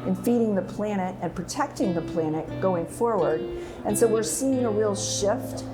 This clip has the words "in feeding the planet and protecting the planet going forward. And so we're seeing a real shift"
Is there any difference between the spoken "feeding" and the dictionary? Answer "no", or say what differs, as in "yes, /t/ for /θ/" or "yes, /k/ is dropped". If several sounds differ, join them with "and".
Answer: no